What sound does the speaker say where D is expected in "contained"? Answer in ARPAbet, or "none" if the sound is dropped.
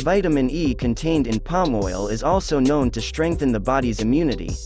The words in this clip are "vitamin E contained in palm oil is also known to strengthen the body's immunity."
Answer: D